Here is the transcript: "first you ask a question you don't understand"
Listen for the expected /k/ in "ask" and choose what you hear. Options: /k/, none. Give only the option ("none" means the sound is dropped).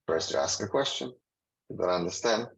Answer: /k/